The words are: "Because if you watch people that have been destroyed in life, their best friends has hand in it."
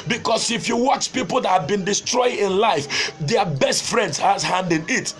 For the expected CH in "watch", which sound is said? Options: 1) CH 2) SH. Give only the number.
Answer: 1